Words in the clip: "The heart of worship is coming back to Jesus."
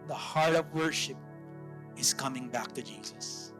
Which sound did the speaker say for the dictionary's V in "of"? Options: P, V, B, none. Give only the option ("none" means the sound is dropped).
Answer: V